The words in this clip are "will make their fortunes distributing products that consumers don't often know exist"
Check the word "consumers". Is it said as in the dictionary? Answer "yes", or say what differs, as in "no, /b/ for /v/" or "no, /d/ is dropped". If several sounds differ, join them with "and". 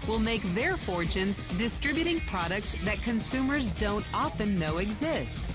yes